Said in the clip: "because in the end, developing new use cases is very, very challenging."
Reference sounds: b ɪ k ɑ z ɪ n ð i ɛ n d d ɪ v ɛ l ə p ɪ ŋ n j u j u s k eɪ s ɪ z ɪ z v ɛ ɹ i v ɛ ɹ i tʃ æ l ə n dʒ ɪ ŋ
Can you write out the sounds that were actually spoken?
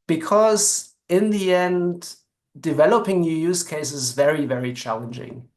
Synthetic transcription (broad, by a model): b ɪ k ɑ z ɪ n ð i ɛ n d d ɪ v ɛ l ə p ɪ ŋ n j u j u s k eɪ ɪ s ɪ z v ɛ ɹ i v ɛ ɹ i tʃ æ l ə n dʒ ɪ ŋ